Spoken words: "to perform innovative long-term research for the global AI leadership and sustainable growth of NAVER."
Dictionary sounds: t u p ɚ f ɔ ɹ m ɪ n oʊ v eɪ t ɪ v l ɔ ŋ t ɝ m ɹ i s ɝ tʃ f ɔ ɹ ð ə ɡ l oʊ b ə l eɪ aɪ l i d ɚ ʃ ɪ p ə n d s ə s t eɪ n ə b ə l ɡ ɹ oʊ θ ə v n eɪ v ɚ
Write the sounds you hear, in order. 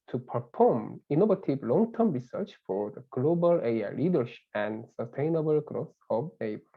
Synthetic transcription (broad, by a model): t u p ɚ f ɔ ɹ m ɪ n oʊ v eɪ t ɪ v l ɔ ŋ t ɝ m ɹ i s ɝ tʃ f ɔ ɹ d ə ɡ l oʊ b ə l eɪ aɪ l i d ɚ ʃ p ə n d s ə s t eɪ n ə b ə l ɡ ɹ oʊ s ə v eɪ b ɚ